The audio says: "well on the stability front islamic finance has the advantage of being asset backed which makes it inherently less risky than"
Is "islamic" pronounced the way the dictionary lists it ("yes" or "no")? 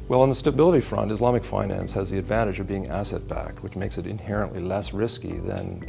yes